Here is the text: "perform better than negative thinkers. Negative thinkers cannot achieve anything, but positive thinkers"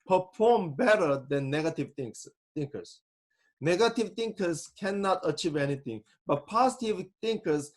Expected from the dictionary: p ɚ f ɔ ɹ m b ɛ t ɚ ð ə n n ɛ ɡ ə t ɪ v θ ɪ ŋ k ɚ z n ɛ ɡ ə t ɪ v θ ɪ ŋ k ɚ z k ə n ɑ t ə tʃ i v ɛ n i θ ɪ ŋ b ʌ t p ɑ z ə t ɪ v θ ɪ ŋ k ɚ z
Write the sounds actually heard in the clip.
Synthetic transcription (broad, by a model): p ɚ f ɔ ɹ m b ɛ t ɚ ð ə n n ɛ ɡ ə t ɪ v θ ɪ ŋ k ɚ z n ɛ ɡ ə t ɪ v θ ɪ ŋ k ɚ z k ə n ɑ t ə tʃ i v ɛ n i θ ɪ ŋ b ʌ t p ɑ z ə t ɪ v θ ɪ ŋ k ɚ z